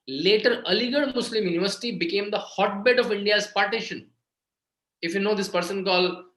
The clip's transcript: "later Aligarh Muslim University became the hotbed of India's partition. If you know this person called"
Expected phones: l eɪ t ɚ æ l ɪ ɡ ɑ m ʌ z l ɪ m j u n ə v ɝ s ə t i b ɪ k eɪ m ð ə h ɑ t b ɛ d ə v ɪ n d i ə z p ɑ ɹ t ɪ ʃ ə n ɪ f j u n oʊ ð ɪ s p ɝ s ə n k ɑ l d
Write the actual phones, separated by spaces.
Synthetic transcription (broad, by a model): l eɪ t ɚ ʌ l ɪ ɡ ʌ m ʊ s l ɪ m j u n ə v ɝ s ə t i b ɪ k eɪ m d ə h ɑ t b ɛ d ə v ɪ n d i ə z p ɑ ɹ t ɪ ʃ ə n ɪ f j u n oʊ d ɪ s p ɝ s ə n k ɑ l